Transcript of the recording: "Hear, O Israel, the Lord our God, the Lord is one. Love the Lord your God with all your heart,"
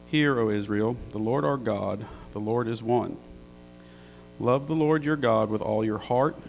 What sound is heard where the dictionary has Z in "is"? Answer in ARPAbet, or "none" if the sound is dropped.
Z